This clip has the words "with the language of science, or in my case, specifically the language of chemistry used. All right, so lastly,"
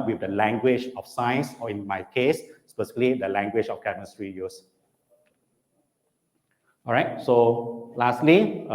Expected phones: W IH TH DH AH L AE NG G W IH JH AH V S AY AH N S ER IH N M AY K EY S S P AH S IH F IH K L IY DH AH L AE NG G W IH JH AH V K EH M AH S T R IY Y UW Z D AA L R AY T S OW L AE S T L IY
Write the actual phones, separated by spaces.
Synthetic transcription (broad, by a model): W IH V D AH L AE NG G W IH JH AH F S AY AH N S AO IH N M AY K EY S S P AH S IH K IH L IY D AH L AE NG G W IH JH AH F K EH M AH S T R IY Y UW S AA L R AY T S OW L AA S T L IY